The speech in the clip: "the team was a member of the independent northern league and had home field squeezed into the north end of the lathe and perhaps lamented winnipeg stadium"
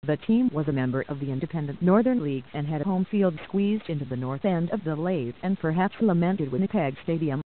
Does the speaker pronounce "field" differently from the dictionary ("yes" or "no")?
no